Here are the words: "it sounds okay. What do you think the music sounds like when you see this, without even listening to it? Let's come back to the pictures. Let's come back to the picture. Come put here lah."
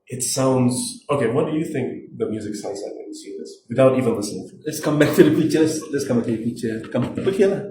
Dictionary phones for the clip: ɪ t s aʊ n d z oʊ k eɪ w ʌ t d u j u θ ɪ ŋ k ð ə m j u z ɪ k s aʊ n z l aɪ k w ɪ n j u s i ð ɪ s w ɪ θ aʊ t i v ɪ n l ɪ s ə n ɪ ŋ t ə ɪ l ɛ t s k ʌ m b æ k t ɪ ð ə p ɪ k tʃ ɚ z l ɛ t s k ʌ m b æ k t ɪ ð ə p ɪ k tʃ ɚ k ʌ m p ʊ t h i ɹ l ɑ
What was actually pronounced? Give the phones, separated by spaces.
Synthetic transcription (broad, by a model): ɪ t s aʊ n d z oʊ k eɪ w ʌ t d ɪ j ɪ θ ɪ ŋ k ð ə m j u z ɪ k s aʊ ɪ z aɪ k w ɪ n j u s i ð ɪ s w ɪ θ aʊ t i v ɪ n l ɪ s ə n ɪ ŋ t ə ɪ l ɛ t s k ʌ m b æ k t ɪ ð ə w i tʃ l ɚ s l ɛ t s k ʌ m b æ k t ɪ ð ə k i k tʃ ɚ k ʌ m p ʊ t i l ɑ